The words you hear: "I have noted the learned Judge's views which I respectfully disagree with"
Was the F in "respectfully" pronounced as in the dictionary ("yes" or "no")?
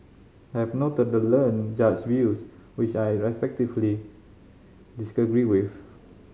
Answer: no